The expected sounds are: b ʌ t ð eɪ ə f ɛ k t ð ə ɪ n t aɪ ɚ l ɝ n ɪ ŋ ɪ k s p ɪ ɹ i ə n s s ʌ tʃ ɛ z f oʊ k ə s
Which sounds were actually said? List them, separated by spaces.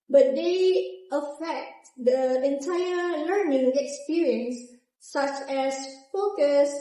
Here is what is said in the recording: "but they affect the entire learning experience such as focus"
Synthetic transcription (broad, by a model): b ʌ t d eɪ ə f ɛ k t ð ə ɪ n t aɪ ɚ l ɝ n ɪ ŋ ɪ k s p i ɹ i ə n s s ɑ tʃ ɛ s f oʊ k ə s